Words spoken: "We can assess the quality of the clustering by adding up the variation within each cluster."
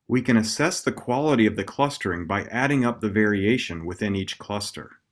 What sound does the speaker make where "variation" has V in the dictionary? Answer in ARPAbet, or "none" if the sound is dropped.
V